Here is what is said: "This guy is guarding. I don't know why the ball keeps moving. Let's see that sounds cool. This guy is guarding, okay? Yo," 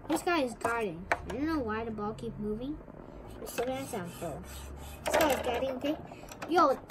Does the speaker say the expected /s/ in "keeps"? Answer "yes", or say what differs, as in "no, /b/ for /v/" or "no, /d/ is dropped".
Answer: no, /s/ is dropped